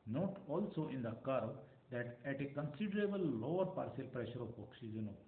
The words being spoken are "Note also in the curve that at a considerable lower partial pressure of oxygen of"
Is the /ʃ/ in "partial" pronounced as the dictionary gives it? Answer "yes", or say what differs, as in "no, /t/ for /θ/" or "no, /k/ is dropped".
no, /s/ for /ʃ/